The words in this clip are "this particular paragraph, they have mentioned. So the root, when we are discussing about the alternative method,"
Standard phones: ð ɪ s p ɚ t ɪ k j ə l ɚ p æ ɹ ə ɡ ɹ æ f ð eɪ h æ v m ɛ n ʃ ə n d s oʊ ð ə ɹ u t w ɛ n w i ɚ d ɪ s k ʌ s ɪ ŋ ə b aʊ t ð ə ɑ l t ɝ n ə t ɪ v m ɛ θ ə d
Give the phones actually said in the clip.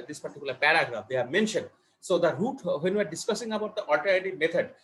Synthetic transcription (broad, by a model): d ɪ s p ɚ t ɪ k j l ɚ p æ ɹ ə ɡ ɹ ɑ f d eɪ h æ v m ɛ n ʃ ə n d s oʊ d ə ɹ u t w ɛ n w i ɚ d ɪ s k ʌ s ɪ ŋ ə b aʊ t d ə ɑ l t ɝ ə t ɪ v m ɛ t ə d